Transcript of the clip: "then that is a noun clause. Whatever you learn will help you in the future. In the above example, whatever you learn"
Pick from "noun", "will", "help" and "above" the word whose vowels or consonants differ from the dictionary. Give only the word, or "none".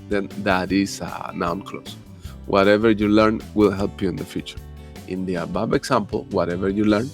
above